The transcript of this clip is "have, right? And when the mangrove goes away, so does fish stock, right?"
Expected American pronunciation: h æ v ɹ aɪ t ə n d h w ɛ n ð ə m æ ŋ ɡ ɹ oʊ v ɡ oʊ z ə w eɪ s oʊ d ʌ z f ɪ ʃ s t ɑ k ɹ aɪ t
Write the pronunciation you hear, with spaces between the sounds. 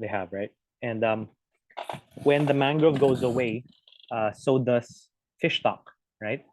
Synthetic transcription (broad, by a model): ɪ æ v ɹ aɪ t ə n d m w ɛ n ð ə m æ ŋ ɡ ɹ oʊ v ɡ oʊ z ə w eɪ s oʊ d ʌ s f ɪ ʃ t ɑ k ɹ aɪ t